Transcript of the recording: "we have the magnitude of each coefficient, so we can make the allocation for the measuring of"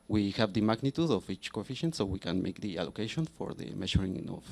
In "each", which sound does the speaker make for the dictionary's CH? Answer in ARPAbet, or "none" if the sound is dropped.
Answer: CH